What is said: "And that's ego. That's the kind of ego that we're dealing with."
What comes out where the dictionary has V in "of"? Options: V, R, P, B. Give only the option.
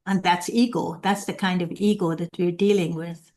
V